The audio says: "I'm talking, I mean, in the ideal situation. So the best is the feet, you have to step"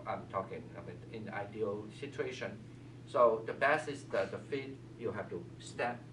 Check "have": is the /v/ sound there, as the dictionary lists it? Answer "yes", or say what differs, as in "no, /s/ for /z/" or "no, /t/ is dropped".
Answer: no, /f/ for /v/